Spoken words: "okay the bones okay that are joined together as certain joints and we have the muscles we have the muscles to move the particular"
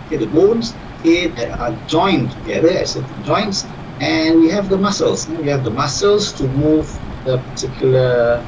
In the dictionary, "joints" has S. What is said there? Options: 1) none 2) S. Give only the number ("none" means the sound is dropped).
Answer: 2